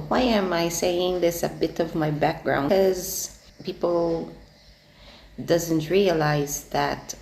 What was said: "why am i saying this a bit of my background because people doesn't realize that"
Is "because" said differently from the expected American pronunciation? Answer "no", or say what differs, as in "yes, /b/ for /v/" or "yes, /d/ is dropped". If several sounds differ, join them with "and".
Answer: yes, /k/ is dropped